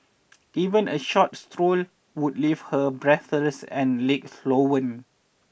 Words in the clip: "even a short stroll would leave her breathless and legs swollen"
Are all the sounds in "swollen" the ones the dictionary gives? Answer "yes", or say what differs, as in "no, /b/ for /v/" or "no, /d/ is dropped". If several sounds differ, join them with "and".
no, /w/ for /l/